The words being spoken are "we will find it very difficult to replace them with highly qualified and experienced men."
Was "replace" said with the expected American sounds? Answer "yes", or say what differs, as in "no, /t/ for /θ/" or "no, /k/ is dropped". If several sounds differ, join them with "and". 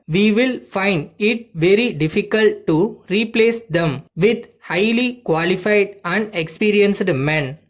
yes